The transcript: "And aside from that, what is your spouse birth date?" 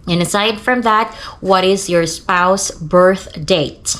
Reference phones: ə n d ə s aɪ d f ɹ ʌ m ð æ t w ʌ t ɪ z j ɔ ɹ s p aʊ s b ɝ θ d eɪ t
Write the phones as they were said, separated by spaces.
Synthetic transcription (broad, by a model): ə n ə s aɪ d f ɹ ʌ m ð æ t w ʌ t ɪ z j ɔ ɹ s p aʊ s b ɝ θ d eɪ t